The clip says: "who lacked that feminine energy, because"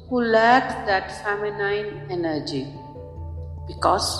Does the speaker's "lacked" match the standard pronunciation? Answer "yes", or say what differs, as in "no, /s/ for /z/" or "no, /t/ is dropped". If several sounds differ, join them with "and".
no, /k/ is dropped